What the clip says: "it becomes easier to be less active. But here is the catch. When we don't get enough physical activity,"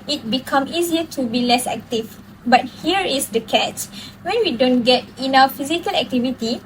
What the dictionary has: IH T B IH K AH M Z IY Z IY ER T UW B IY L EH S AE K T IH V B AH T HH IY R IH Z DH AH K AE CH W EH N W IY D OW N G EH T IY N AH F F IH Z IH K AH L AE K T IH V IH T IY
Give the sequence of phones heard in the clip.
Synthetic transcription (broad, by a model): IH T B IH K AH M IY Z IY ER T UW B IY L EH S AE K T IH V B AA T HH IY R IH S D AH K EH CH W EH N W IY D OW N G EH T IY N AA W F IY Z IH K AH L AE K T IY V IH T IY